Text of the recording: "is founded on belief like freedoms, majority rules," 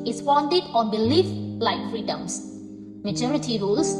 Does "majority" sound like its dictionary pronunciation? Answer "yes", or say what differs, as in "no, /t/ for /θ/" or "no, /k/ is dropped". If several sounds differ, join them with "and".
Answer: no, /tʃ/ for /dʒ/